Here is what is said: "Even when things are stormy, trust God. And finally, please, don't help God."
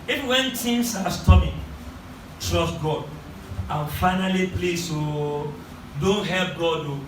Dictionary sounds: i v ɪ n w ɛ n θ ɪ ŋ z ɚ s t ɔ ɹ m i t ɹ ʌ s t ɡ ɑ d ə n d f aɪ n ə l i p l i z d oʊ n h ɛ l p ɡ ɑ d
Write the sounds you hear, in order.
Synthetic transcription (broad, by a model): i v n w ɛ n t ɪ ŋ s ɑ s t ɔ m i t ɹ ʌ s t ɡ ɑ d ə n f aɪ n ə l i p l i s d oʊ n h ɛ l p ɡ ɑ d